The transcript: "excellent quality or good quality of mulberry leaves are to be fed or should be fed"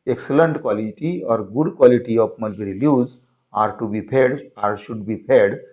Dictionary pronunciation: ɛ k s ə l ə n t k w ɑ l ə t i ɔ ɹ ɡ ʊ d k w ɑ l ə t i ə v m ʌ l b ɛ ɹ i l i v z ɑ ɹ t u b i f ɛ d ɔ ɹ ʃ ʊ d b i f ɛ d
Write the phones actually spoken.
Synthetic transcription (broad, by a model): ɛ k s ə l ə n t k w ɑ l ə t i ɔ ɹ ɡ ʊ d k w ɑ l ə t i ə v m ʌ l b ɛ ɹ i l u z ɑ ɹ t u b i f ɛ d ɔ ɹ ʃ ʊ d b i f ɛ d